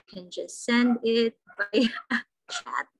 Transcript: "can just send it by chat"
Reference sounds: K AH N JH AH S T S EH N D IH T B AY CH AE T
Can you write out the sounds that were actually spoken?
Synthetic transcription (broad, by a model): K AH N JH AH S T S EH N D IH T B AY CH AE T